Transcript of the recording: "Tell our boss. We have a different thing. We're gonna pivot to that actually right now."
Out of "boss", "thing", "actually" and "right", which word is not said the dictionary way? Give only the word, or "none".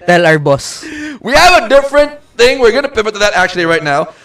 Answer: none